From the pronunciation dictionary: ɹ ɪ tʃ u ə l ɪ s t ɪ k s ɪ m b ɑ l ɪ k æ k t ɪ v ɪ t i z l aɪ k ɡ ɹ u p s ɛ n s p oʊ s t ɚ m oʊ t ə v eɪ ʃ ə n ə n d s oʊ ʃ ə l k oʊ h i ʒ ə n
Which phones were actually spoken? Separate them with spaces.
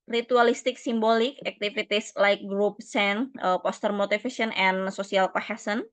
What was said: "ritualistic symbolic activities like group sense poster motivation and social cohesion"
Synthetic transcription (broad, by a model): ɹ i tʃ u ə l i s t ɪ k s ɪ m b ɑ l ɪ k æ k t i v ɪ t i s l aɪ k ɡ ɹ u p s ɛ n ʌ p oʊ s t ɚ m oʊ t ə f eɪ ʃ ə n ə n s oʊ s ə l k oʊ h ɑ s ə n